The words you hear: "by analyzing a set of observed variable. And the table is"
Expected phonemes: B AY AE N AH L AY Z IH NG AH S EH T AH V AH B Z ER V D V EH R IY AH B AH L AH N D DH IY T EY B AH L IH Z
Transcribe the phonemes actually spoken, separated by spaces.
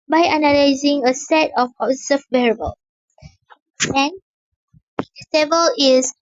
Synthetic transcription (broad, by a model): B AY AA N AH L AY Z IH NG AH S EH T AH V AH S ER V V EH R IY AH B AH L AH N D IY S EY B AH L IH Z